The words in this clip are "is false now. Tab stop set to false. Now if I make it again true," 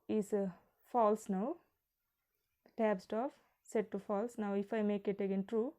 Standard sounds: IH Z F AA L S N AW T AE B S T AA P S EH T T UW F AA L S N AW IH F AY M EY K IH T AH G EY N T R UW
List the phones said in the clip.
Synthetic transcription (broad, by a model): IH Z F AA L S N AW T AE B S T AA F S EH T T UW F AA L S N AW IH F AY M EY K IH T AH G EY N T R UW